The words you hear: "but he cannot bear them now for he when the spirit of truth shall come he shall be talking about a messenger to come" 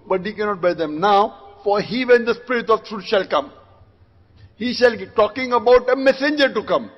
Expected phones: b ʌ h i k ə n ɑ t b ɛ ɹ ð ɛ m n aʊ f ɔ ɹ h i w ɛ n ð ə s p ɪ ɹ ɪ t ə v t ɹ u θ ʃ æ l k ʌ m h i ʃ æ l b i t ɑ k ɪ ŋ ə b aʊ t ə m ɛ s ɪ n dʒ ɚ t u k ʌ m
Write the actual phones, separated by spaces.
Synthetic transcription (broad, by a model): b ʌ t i k ə n ɑ t b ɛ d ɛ m n aʊ f ɔ ɹ h i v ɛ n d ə s p ɪ ɹ ɪ t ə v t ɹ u t ʃ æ l k ʌ m h i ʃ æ l t ɑ k ɪ ŋ ə b aʊ t ə m ɛ s ɪ n dʒ ɚ t u k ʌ m